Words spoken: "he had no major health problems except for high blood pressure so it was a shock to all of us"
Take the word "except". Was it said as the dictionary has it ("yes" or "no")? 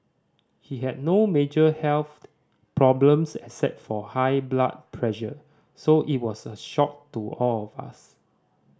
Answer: no